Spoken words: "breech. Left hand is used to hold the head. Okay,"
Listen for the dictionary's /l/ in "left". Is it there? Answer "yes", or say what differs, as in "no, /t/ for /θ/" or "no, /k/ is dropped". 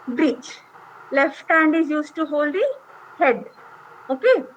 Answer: yes